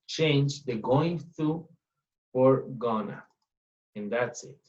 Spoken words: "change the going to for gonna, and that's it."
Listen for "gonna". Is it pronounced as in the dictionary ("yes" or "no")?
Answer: yes